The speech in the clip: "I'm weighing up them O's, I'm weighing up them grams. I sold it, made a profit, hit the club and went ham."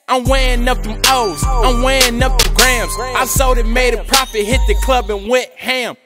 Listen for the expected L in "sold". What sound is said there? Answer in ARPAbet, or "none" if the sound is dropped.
none